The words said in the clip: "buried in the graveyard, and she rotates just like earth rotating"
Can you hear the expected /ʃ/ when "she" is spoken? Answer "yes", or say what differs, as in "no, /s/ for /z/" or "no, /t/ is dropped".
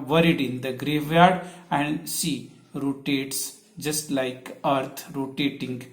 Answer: no, /s/ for /ʃ/